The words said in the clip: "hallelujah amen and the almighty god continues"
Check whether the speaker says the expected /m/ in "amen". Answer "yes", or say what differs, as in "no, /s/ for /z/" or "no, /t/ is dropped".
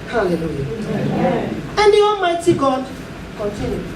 no, /m/ is dropped